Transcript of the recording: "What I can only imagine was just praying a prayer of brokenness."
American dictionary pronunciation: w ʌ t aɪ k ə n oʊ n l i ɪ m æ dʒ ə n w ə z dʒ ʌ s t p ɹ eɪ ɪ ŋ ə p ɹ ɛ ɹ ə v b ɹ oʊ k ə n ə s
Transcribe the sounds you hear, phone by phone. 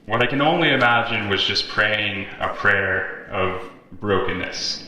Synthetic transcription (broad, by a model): w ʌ t aɪ k ə n oʊ n l i ɪ m æ dʒ ə n w ə z dʒ ʌ s p ɹ eɪ ɪ ŋ ə p ɹ ɛ ɹ ə v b ɹ oʊ k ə n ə s